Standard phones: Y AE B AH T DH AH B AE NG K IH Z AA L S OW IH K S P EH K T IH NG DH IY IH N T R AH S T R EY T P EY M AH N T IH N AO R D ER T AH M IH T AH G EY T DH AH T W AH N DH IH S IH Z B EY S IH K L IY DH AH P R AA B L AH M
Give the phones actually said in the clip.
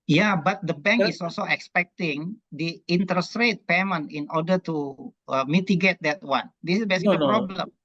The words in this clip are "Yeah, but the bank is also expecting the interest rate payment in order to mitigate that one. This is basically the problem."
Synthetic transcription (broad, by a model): Y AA B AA T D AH B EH NG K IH S AA L S OW IH K S P EH K T IH NG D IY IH N T R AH S T R EY T P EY M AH N IH N AO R D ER T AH M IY T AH G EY T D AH T W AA N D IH S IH S B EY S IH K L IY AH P R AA B L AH M